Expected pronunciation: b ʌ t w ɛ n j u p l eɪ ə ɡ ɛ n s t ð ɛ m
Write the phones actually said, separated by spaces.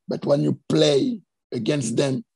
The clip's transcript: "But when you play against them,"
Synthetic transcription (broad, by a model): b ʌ t w ɛ n j u p l eɪ ə ɡ ɛ n s t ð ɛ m